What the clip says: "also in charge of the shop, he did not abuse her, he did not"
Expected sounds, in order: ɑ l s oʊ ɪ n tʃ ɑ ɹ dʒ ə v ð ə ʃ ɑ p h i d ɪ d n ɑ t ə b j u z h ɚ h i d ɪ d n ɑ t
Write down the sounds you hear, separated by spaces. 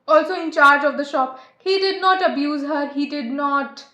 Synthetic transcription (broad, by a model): ɑ l s oʊ ɪ n tʃ ɑ ɹ dʒ ə v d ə ʃ ɑ p h i d ɪ d n ɑ t ə b j u z h ɚ h i d ɪ d n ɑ t